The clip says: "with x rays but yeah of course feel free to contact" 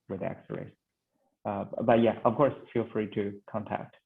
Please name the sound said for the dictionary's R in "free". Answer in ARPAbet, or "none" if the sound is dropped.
R